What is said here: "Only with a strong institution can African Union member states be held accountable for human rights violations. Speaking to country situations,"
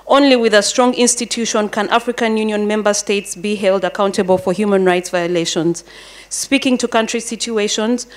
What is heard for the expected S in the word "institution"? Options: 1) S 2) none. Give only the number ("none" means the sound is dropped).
1